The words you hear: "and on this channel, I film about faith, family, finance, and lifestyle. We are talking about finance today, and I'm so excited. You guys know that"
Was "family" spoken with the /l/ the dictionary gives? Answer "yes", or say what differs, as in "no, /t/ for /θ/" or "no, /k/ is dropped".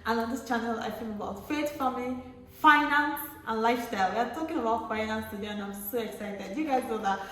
no, /l/ is dropped